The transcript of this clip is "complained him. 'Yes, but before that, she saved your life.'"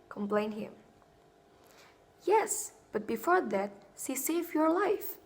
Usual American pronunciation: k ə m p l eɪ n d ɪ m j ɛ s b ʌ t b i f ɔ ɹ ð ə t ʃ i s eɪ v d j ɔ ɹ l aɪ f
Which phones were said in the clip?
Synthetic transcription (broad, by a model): k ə m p l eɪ n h ɪ m j ɛ s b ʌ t b i f ɔ ɹ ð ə t s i s eɪ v j ɔ ɹ l aɪ f